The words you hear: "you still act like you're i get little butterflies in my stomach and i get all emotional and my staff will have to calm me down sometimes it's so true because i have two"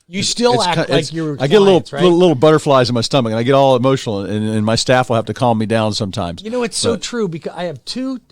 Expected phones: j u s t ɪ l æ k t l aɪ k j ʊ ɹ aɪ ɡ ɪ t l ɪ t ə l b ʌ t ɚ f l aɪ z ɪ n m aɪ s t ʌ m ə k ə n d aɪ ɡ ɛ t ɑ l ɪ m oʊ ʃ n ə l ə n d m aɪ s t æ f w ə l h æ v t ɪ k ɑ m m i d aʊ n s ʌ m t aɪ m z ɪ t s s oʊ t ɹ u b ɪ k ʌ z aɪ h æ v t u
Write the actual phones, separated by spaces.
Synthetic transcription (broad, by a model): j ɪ s t ɪ l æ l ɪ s aɪ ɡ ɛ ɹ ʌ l ɪ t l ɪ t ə l b ʌ t ɚ f l aɪ z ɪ n m aɪ s t ʌ m ə k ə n aɪ ɡ ɛ t ɑ l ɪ m oʊ ʃ n l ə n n m aɪ s t æ f w ə l h æ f t ɪ k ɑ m m i d aʊ n s ʌ m t aɪ m z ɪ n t s oʊ t ɹ u b ɪ k ʌ z aɪ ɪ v t u